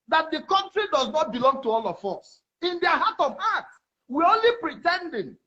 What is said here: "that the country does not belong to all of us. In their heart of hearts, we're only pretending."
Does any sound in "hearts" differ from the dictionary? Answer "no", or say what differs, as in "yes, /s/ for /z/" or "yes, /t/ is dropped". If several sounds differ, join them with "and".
yes, /s/ is dropped